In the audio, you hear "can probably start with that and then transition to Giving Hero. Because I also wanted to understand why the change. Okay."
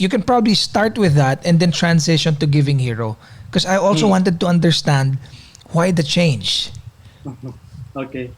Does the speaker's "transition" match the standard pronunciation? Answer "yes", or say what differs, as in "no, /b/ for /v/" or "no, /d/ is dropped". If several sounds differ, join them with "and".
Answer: no, /s/ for /z/